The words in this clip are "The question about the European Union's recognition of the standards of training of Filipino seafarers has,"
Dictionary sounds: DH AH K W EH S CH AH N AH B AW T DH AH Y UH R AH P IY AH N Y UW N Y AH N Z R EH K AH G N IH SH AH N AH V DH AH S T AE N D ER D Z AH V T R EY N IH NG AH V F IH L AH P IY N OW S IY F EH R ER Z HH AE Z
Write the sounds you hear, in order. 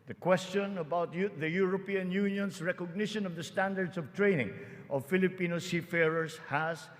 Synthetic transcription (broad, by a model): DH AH K W EH S CH AH N AH B AW T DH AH Y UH R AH P IY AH N Y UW N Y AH N S R EH K AH G N IH SH AH N AH V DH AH S T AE N D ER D S AH V T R EY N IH NG AH V F IH L AH P IY N OW S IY F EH R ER S HH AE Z